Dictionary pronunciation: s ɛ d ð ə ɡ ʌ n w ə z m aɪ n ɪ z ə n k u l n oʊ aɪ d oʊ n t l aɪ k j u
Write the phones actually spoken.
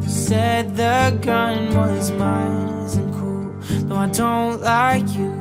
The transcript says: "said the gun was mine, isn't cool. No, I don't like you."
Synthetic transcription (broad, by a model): s ɛ d ð ə ɡ ʌ n w ə z m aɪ ɪ z ə n k u l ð oʊ aɪ d oʊ n t l aɪ k j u